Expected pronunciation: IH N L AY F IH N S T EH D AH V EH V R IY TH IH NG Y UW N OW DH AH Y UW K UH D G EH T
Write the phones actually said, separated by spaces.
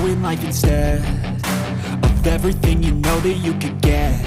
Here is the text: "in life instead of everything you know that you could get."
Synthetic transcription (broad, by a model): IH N L AY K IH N S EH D AH V EH V R IY TH IH NG Y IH N OW DH AH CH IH K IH D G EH